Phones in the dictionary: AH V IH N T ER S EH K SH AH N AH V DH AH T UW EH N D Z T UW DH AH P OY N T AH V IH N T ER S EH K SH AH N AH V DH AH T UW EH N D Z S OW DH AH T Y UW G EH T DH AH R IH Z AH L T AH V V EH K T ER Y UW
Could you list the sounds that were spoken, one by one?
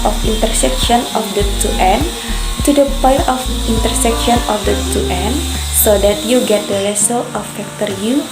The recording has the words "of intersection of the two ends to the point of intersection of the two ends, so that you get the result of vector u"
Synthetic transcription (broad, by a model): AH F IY N T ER S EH K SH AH N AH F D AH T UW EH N T UW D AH P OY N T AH F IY N T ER S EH K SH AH N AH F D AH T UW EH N S OW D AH T Y UW G EH T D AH L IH S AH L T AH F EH K T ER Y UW